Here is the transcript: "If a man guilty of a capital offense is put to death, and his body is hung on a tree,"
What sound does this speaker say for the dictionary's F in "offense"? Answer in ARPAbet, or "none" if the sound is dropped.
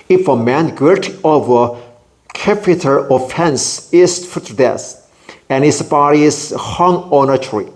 F